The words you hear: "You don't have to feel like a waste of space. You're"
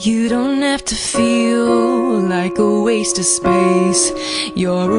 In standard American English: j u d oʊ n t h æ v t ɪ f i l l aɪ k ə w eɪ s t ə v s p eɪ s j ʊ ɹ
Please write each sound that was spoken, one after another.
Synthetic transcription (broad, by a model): j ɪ d oʊ n t h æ f t ɪ f i l l aɪ k ə w eɪ s t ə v s p eɪ s j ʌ ɹ